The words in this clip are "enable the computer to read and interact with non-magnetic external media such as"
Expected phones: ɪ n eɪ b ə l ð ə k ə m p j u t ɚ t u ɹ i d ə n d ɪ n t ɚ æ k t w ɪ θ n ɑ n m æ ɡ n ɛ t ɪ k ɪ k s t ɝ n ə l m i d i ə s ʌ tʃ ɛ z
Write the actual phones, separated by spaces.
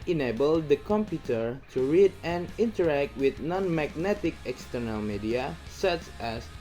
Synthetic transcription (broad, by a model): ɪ n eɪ b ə l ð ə k ə m p j u t ɚ t u ɹ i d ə n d ɪ n t ɚ æ k t w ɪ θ n ɑ n m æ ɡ n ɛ t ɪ k ɪ k s t ɝ n ə l m i d i ə s ʌ tʃ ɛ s